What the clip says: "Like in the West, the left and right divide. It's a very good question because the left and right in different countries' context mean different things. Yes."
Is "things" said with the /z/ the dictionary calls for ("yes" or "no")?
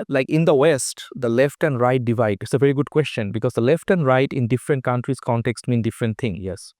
no